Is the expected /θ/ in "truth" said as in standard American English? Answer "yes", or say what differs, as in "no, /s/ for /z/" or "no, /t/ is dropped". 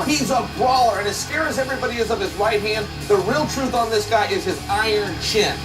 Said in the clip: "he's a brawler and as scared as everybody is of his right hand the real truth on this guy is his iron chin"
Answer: yes